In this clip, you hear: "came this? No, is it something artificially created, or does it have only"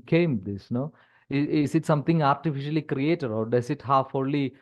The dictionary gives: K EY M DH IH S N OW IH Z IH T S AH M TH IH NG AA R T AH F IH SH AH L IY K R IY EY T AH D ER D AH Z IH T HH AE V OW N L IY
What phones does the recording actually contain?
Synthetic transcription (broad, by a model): K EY M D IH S N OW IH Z IH T S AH M T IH NG AA R T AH F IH SH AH L IY K R IY EY T AH D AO D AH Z IH T HH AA F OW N L IY